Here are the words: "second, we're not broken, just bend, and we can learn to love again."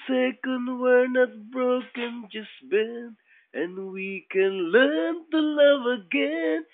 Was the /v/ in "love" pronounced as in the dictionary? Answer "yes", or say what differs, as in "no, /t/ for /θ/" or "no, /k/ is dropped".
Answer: yes